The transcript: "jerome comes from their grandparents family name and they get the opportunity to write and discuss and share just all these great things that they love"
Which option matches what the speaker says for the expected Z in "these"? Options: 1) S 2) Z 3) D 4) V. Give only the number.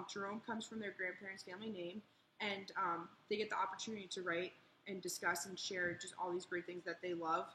2